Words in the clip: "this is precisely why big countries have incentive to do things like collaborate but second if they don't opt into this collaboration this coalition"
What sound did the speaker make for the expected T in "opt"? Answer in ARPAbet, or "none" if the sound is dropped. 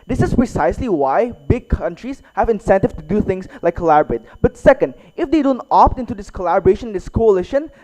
T